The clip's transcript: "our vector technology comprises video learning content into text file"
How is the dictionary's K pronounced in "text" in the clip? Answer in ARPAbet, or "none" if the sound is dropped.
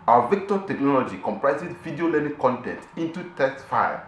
none